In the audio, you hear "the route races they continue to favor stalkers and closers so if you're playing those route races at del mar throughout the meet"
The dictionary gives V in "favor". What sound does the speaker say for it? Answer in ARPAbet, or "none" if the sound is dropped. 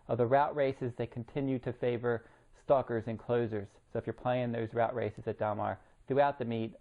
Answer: V